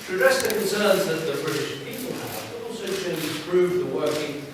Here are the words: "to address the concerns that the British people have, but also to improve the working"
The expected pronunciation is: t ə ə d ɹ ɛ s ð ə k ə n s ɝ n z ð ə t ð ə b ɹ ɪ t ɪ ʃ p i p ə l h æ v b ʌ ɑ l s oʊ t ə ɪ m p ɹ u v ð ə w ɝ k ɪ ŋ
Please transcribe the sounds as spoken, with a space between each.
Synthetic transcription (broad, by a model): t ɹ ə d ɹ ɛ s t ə k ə n s ɝ n z ð ə t ð ə b ɹ ɪ t ɪ ʃ p i p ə l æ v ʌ ɑ l s oʊ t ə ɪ p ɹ u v ð ə w ɝ k ɪ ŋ